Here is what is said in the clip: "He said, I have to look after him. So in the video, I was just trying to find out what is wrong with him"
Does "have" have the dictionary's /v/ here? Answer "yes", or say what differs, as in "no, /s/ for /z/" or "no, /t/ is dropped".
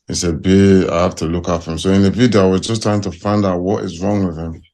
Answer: no, /f/ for /v/